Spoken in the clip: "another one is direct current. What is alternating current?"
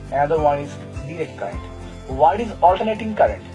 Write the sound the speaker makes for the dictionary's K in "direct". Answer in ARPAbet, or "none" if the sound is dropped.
K